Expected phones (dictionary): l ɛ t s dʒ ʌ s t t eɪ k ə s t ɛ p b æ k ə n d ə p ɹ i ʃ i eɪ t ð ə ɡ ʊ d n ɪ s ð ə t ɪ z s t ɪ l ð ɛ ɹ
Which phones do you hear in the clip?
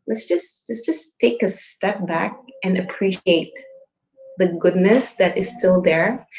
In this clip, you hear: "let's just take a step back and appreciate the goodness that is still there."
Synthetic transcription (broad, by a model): l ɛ t s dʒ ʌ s t t eɪ k ə s t ɛ p b æ k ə n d ə p ɹ i ʃ i eɪ t ð ə ɡ ʊ d n ɪ s ð ə t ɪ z s t ɪ l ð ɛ ɹ